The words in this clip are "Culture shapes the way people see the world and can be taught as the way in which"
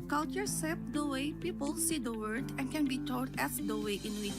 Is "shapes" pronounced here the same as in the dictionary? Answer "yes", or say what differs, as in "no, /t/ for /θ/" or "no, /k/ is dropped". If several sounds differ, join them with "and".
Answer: no, /s/ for /ʃ/